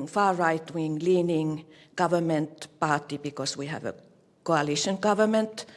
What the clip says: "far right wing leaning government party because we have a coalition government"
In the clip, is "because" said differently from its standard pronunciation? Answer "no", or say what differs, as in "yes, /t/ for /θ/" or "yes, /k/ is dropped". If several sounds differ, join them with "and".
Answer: yes, /s/ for /z/